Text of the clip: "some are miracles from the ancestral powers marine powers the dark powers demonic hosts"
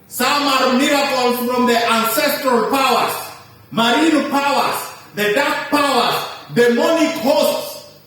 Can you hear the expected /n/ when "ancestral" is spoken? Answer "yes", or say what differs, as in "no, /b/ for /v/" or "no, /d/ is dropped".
yes